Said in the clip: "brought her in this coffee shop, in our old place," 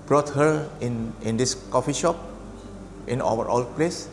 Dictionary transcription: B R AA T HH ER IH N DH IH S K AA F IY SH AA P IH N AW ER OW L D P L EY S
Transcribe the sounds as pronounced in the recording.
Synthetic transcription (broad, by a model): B R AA T HH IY IH N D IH S K AA F IY SH AA P IH N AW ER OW L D P L EY S